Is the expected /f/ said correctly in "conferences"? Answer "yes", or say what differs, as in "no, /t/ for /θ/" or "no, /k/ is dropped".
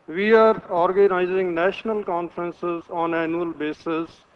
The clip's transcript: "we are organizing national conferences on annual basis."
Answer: yes